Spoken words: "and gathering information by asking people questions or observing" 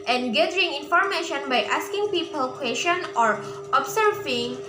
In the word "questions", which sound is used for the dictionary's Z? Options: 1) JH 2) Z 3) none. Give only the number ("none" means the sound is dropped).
3